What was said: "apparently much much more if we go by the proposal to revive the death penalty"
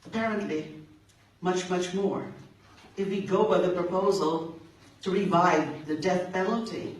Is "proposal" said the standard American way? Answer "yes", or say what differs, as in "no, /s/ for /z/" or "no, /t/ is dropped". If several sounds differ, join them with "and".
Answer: yes